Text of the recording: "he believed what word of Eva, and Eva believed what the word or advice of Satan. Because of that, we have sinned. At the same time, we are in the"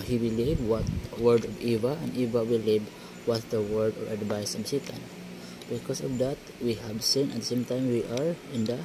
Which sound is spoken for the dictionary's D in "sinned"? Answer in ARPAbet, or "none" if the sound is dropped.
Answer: none